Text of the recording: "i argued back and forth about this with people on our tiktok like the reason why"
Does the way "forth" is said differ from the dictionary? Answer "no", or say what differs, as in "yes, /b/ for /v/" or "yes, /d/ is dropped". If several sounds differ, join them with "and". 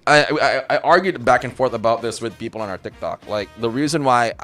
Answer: no